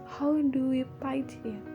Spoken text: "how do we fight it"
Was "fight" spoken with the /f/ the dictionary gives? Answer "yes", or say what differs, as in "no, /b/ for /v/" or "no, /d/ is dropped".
no, /p/ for /f/